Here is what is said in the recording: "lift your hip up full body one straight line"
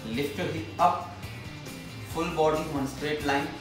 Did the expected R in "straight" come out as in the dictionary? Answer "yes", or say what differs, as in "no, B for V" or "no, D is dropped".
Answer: yes